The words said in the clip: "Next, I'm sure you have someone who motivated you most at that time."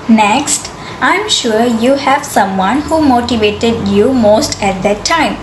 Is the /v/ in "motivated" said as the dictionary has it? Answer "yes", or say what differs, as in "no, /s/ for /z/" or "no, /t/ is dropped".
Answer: yes